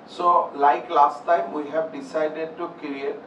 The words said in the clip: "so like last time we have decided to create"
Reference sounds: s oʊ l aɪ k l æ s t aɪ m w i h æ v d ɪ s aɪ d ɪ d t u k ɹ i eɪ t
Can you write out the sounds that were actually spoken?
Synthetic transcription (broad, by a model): s oʊ l aɪ k l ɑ s t aɪ m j h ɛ b d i s aɪ d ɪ d t u k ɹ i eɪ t